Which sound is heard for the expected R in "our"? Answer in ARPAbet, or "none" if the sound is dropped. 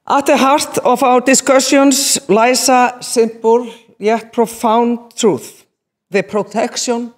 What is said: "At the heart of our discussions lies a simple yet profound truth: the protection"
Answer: W